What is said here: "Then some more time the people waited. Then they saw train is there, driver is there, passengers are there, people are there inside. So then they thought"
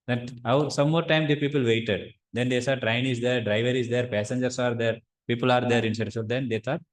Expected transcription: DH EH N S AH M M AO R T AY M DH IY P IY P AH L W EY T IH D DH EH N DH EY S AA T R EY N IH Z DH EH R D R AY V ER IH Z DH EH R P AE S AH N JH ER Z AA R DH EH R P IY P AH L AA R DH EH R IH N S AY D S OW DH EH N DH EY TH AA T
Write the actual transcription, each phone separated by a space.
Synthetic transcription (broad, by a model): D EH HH S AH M M AO R T AY M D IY P IY P AH L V EY T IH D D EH N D EY S AA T R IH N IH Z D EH R D R AY V ER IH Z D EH R P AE S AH N JH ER S AA R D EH R P IY P AH L AA R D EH R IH N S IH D S OW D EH N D EY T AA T